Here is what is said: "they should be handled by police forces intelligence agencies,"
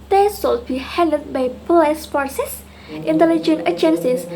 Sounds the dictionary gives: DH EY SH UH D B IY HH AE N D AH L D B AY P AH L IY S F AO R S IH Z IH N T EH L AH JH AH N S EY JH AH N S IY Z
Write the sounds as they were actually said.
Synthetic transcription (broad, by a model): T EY S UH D B IY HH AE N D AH D B AY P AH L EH S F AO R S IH S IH N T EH L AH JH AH N EY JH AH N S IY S